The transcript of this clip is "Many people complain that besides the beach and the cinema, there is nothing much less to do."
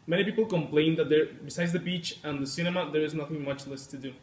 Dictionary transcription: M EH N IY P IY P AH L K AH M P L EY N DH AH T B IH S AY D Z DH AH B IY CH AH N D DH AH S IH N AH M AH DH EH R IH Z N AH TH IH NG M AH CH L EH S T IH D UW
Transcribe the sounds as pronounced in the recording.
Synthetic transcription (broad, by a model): M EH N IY P IY P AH L K AH M P L EY N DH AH T B IH S AY D Z DH AH B IY CH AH N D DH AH S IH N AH M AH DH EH R IH Z N AH TH IH NG M AH CH L EH S T IH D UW